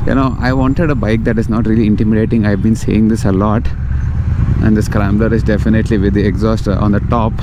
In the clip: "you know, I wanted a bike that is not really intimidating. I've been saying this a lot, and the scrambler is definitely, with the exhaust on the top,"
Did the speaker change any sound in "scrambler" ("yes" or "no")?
no